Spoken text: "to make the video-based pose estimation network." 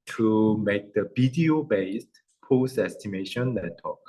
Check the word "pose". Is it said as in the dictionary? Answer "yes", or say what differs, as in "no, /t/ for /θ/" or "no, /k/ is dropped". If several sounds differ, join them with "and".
no, /s/ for /z/